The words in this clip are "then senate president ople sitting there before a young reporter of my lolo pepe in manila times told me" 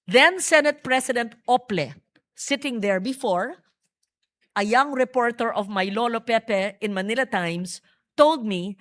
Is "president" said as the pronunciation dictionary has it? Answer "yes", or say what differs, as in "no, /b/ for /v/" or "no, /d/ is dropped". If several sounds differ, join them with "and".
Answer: no, /s/ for /z/